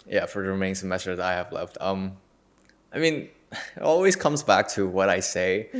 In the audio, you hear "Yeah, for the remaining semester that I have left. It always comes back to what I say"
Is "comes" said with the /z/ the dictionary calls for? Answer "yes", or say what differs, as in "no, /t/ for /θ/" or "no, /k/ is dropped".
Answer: yes